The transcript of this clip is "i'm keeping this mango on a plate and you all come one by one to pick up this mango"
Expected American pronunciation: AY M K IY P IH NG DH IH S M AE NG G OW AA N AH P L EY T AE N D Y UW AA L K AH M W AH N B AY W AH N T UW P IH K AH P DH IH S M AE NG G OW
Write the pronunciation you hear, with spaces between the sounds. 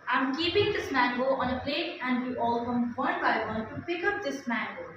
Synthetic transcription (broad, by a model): AY M K IY P IH NG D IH S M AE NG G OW AA N AH P L EY T AE N D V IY AA L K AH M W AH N B AY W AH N T UW B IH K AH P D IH S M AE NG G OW